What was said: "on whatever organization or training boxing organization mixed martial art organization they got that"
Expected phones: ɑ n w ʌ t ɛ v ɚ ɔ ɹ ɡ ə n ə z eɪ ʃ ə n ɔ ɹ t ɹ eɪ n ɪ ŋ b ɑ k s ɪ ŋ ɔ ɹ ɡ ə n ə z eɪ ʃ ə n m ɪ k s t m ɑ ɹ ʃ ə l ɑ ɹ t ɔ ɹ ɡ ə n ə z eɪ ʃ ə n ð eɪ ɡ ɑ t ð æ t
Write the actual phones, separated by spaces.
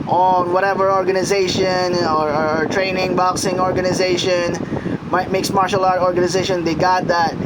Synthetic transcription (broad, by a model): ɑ n w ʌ t ɛ v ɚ ɔ ɹ ɡ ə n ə z eɪ ʃ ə n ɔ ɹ t ɹ eɪ n ɪ ŋ b ɑ k s ɪ ŋ ɔ ɹ ɡ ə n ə z eɪ ʃ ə n m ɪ k s m ɑ ɹ ʃ ə l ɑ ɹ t ɔ ɹ ɡ ə n ə z eɪ ʃ ə n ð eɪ ɡ ɑ t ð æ t